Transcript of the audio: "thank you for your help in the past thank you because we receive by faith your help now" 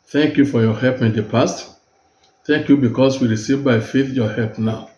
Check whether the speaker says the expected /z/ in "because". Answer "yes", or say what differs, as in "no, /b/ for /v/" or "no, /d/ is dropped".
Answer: no, /s/ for /z/